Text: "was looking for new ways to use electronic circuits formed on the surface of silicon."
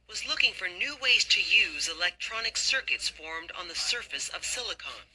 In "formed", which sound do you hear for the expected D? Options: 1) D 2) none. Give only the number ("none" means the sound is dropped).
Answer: 1